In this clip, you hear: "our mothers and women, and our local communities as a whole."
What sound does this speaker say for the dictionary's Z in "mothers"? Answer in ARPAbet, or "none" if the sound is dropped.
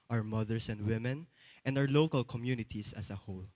S